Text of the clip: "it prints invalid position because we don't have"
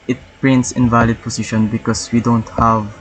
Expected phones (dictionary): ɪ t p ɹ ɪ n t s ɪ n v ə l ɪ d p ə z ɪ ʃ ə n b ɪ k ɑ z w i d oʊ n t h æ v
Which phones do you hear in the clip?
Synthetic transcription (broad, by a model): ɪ t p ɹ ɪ n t s ɪ n v ə l ɪ d p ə s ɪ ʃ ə n b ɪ k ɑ s w i d oʊ n t h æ v